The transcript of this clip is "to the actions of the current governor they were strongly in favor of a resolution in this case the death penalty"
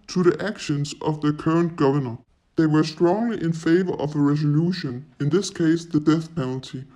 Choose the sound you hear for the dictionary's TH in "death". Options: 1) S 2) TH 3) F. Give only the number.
2